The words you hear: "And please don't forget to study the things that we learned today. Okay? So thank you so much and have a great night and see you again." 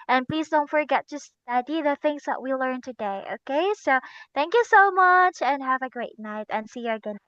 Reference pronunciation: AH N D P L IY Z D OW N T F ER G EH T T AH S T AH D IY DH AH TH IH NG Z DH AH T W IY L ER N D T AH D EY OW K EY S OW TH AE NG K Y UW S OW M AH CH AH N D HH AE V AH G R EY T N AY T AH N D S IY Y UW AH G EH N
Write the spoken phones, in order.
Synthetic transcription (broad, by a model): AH N P L IY Z D OW N T F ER G EH T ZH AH S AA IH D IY DH AH TH IH NG Z DH AH T W IY L ER N T AH D EY OW K EY S OW TH AE NG K Y UW S OW M AH CH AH N HH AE V AH G R EY T N AY T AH N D S IY Y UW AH G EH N